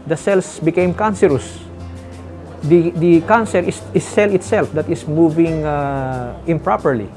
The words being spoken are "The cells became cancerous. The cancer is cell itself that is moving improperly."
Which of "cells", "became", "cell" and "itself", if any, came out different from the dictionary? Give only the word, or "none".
cells